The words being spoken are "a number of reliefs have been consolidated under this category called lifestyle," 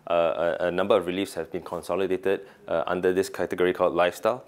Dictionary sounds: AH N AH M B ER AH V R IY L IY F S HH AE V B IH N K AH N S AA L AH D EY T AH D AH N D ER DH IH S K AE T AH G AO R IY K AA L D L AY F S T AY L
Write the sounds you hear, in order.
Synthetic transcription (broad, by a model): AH N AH M B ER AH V R IY L IY F S HH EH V B IH N K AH N S AA L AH D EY T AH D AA N D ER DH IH S K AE T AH G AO R IY K AA L D L AY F S T AY L